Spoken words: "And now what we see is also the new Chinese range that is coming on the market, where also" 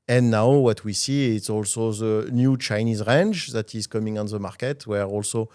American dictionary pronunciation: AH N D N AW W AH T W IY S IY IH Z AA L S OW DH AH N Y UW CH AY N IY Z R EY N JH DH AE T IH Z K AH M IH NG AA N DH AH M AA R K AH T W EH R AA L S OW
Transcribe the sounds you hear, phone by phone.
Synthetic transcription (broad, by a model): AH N N AW W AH T W IY S IY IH S AA L S OW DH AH N Y UW CH AY N IY Z R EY N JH DH AE T IH Z K AH M IH NG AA N DH AH M AA R K AH T W EH R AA L S OW